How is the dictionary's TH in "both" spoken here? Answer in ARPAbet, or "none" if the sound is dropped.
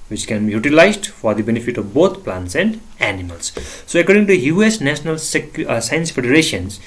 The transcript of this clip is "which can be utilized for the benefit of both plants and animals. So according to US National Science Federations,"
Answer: T